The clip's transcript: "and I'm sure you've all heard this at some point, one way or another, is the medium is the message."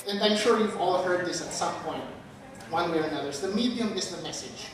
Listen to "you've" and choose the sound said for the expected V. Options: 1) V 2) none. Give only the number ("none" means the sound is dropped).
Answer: 1